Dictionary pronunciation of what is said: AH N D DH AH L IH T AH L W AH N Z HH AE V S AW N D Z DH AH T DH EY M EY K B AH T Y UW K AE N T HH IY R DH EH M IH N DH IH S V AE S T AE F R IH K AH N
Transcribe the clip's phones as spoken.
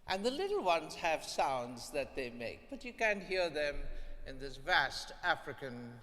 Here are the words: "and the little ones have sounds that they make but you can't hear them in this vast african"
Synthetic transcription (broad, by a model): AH N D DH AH L IH T L W AH N Z HH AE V S AW N D Z DH AH T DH EY M EY K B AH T Y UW K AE N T HH IY R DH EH M IH N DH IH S V AE S T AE F R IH K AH N